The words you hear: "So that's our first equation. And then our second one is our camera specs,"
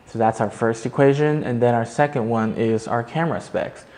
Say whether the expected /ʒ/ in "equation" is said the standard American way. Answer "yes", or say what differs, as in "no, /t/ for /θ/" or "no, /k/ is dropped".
yes